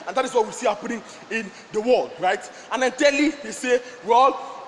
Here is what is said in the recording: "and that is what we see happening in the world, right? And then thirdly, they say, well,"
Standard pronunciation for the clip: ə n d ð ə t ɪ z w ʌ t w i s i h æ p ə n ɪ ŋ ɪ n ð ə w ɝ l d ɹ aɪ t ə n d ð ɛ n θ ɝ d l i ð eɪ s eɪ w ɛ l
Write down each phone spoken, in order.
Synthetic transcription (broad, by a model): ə n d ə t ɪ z w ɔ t w i s i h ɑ p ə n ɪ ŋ ɪ n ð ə w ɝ l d ɹ aɪ t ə n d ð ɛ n t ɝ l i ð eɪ s eɪ w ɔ l